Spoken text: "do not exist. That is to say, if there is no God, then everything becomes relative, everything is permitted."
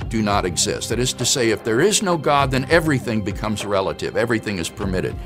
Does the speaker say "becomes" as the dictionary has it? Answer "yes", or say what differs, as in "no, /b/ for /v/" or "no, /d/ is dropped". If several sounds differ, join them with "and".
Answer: yes